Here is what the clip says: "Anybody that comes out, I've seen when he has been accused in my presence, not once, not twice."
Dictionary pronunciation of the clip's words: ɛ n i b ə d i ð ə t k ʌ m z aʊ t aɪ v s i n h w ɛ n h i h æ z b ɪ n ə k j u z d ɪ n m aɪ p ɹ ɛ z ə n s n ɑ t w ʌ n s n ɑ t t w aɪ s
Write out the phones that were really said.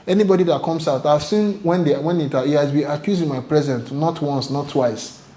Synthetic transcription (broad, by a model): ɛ n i b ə d i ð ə t k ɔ m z aʊ t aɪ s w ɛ n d w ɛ n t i h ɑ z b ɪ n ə k j u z ɪ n m aɪ p ɹ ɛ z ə n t n ɑ t w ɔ n s n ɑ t t w aɪ s